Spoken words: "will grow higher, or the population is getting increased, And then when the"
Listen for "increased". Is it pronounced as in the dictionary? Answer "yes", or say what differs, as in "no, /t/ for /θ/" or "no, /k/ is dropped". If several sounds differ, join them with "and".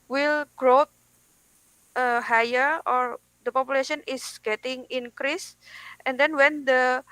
yes